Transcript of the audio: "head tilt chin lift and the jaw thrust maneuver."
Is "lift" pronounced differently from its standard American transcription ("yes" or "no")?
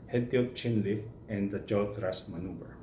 yes